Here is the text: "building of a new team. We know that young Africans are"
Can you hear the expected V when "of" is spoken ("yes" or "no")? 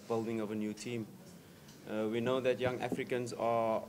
yes